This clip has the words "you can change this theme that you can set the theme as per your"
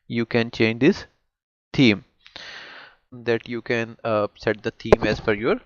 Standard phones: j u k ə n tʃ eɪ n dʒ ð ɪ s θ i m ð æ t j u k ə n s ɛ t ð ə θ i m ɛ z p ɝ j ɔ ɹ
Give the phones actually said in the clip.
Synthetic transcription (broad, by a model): j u k ə n tʃ eɪ n dʒ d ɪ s t i m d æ t j u k ə n s ɛ t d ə t i m ɛ z f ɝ j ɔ ɹ